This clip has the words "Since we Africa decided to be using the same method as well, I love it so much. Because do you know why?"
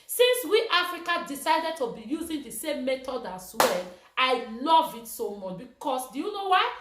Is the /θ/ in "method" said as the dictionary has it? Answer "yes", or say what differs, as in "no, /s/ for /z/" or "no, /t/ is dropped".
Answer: no, /t/ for /θ/